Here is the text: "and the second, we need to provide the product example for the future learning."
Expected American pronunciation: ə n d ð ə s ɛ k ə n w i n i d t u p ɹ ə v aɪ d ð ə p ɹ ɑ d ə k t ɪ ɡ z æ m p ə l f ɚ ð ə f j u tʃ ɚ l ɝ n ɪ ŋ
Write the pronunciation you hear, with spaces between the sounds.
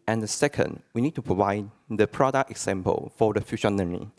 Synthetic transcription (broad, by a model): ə n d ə s ɛ k ə n w i n i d t u p ɹ ə v aɪ d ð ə p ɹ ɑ d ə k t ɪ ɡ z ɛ m p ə l f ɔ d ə f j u ʃ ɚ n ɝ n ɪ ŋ